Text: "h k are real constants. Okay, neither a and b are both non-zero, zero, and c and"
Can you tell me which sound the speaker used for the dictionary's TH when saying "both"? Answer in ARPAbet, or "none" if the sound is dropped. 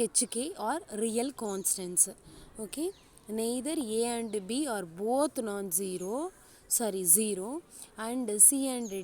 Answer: T